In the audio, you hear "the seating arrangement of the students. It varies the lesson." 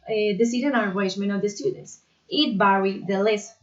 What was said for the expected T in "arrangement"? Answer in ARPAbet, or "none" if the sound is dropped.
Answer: none